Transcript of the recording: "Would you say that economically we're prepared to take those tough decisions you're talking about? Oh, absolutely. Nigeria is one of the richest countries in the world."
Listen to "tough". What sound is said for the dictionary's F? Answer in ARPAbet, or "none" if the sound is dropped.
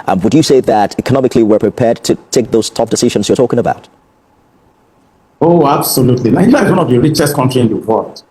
P